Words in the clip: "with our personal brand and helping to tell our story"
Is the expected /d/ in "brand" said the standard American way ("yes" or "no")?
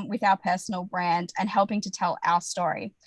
yes